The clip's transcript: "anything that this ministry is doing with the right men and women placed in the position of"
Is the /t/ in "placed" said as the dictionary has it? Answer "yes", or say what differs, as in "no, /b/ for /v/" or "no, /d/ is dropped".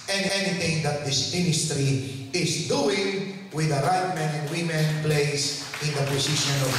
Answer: no, /t/ is dropped